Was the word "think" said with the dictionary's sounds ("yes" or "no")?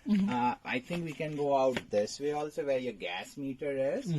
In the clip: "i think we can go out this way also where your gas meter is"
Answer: no